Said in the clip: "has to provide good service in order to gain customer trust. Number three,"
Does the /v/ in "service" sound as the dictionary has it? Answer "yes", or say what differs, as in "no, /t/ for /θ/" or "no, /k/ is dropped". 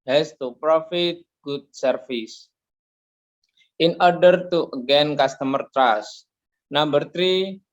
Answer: no, /f/ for /v/